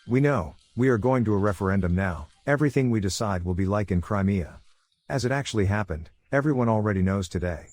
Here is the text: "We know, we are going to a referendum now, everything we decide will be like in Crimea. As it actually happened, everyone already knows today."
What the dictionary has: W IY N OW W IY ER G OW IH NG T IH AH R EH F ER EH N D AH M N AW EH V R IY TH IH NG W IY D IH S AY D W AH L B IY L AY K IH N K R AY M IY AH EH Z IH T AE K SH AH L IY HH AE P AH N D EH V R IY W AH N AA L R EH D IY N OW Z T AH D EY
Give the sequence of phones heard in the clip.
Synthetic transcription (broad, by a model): W IY N OW W IY ER G OW IH NG T IH AH R EH F ER EH N D AH M N AW EH V R IY TH IH NG W IY D IH S AY D W AH L B IY L AY K IH N K R AY M IY AH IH Z IH T AE K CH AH L IY HH AE P AH N D EH V R IY W AH N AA L R EH D IY N OW Z T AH D EY